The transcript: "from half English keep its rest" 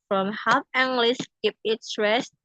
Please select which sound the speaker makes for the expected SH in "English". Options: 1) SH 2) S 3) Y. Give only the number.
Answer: 2